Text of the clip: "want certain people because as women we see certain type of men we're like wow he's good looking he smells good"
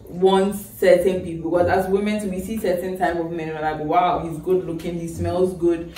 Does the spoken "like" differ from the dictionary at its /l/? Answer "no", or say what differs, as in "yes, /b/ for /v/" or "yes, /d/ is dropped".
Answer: yes, /n/ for /l/